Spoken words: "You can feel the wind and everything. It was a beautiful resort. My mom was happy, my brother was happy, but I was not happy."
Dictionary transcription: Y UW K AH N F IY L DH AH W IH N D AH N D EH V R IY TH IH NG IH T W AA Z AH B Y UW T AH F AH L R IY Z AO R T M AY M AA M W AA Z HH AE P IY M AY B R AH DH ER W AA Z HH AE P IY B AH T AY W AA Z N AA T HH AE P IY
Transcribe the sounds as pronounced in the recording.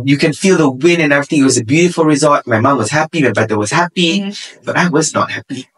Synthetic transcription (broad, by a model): Y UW K AH N F IY L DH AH W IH N AH N EH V R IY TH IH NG IH T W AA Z AH B Y UW T AH F AH L R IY Z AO L T M AY M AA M W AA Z HH AE P IY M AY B EH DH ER W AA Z HH AE P IY B AH T AY W AA Z N AA T HH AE P IY